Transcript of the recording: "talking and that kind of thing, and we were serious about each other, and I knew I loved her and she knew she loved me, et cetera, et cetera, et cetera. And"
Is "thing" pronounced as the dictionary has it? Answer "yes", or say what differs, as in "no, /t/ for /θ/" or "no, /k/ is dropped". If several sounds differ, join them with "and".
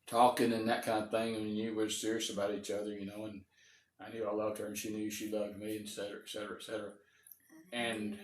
yes